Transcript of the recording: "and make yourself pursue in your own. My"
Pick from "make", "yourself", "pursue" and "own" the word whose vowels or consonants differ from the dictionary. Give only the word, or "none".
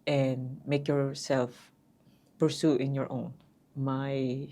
none